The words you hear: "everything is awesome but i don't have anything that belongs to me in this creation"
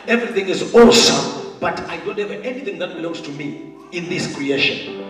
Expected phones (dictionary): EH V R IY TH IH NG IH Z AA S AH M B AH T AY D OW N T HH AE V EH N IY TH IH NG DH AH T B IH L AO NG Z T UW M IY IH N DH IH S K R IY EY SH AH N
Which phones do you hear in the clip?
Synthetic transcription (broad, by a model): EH V R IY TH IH NG IH Z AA S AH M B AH T AY D OW N T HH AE V EH N IY TH IH NG DH AH T B IH L AO NG Z T UW M IY IH N DH IH S K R IY EY SH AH N